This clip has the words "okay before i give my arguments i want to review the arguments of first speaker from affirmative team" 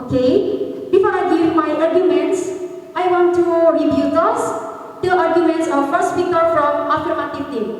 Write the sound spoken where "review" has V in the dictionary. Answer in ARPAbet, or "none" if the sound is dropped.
B